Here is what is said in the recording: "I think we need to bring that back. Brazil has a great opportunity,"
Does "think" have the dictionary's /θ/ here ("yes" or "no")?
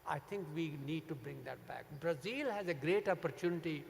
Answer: no